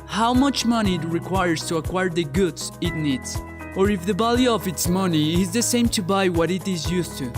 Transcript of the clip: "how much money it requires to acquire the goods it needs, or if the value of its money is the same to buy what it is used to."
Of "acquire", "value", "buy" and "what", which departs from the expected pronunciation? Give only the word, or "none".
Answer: value